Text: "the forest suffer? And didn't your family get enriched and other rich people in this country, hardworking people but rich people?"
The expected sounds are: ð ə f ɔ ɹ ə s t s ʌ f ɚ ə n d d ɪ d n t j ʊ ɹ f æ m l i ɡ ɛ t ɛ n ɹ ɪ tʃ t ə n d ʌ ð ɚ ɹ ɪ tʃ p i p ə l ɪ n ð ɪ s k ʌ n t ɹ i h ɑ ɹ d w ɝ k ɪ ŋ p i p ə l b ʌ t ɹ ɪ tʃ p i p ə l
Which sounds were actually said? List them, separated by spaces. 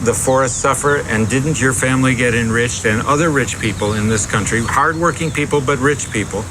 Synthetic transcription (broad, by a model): ð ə f ɔ ɹ ə s t s ʌ f ɚ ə n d d ɪ d n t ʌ ɹ f æ m l i ɡ ɛ t ɛ n ɹ ɪ tʃ t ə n ʌ ð ɚ ɹ ɪ tʃ p i p l ɪ n ð ɪ s k ʌ n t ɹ i h ɑ ɹ d w ɝ k ɪ ŋ p i p l b ʌ t ɹ ɪ tʃ p i p l